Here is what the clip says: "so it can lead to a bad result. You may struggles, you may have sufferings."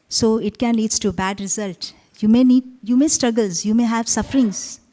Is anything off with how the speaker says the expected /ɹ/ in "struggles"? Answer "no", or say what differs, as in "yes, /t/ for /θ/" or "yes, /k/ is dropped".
no